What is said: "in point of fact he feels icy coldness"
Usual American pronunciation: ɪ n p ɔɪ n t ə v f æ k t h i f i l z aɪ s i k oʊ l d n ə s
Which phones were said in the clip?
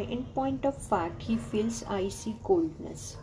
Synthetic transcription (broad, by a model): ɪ n p ɔɪ n t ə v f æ t h i f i l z aɪ s i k oʊ l d n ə s